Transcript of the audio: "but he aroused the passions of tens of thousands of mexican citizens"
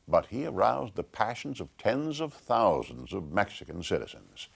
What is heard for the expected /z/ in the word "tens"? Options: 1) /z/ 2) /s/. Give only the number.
1